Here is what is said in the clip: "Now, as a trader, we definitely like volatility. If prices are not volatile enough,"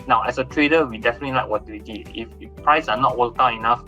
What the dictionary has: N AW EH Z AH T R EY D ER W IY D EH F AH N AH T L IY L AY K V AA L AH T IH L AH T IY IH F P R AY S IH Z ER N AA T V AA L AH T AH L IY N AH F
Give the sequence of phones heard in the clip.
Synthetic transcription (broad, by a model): N AW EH S AH T R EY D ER W IY D EH F AH N AH T L IY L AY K W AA W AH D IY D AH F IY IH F P R AY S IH N AA T W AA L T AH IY N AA F